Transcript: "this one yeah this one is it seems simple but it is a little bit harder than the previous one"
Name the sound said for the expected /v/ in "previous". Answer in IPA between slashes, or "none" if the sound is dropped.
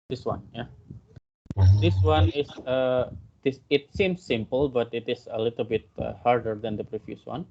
/f/